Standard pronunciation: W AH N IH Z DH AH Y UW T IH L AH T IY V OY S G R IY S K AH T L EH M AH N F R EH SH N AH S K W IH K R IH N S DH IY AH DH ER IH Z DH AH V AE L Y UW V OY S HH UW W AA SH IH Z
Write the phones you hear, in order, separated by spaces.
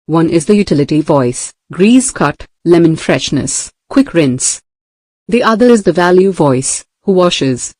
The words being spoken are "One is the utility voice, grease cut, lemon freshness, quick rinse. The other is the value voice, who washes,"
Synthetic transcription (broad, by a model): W AH N IH Z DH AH Y UW T IH L AH T IY V OY S G R IY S K AH T L EH M AH N F R EH SH N AH S K W IH K R IH N S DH IY AH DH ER IH Z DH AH V AE L Y UW V OY S HH UW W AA SH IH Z